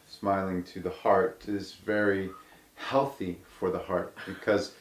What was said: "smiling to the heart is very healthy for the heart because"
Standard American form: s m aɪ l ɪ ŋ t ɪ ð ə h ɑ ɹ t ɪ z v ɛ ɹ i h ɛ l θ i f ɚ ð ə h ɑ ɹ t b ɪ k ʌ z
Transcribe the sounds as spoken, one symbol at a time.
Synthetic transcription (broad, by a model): s m aɪ l ɪ ŋ t ɪ ð ə h ɑ ɹ t ɪ z v ɛ ɹ i h ɛ l θ i f ɚ ð ə h ɑ ɹ t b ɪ k ʌ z